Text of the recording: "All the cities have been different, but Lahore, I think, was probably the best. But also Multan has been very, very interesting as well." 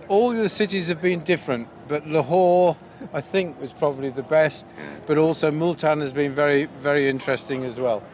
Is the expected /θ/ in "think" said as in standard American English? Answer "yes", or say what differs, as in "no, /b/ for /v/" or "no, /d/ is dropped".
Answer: yes